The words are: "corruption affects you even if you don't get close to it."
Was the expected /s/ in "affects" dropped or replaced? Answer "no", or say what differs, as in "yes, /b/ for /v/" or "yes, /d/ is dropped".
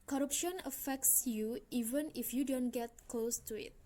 no